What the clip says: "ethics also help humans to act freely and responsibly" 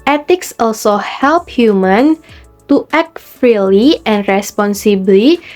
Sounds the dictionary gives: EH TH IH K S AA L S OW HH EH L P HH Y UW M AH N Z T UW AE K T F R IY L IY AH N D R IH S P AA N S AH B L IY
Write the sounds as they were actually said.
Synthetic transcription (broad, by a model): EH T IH K S AA L S OW HH EH L P HH Y UW M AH N T UW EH K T F R IY L IY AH N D R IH S P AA N S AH B L IY